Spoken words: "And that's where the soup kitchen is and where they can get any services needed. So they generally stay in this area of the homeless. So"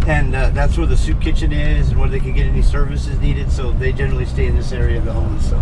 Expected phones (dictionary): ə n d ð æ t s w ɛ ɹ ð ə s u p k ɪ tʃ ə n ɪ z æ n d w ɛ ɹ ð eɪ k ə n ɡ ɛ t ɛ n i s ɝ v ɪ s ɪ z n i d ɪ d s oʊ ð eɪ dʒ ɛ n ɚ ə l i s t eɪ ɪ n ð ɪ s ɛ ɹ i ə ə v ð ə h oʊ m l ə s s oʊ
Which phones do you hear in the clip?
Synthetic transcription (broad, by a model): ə n ð æ t s w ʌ ɹ ð ə s u p k ɪ tʃ ə n ɪ z n w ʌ ɹ ð eɪ k ə n ɡ ɛ t ɛ n i s ɝ v ɪ s ɪ z n i d ɪ d s oʊ ð eɪ dʒ ɛ n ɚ l i s t eɪ ɪ n ð ɪ s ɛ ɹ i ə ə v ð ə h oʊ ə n s oʊ